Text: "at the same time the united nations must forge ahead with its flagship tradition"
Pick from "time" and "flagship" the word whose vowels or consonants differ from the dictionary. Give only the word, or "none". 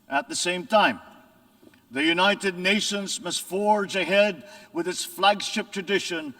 none